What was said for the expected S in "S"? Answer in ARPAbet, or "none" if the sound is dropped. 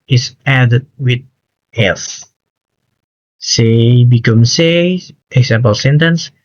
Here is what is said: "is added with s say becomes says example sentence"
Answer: TH